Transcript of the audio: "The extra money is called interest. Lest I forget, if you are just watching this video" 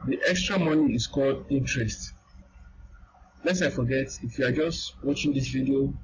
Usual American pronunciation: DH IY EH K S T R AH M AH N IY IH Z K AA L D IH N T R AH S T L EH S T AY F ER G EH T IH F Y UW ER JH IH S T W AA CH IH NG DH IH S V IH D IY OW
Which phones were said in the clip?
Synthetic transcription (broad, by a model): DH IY EH K S T R AH M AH N IY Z K AA L D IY N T R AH S T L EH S AY F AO G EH T IH F Y UW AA JH IH S T W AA CH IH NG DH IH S V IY D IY OW